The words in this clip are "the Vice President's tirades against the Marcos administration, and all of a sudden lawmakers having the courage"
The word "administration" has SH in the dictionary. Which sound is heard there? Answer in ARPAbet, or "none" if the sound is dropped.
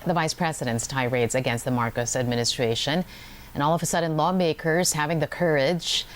SH